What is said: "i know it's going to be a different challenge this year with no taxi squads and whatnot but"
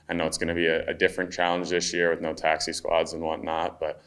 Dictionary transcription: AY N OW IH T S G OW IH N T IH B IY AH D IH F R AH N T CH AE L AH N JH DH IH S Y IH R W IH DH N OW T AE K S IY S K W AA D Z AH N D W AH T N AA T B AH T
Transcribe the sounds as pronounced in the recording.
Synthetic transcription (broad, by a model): AY N OW IH T S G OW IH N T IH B IY AH D IH F R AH N CH AE L AH N JH DH IH S Y IH R W IH DH N OW T AE K S IY S K W AA D Z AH N W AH T N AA T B AH T